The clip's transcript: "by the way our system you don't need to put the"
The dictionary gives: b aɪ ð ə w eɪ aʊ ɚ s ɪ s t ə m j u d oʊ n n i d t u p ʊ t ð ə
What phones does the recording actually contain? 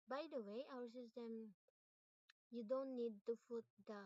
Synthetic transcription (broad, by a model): b aɪ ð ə w eɪ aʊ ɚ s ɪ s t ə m j u d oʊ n n i d t u f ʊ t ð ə